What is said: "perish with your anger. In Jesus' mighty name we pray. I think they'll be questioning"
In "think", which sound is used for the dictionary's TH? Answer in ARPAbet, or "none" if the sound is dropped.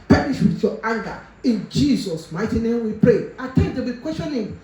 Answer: T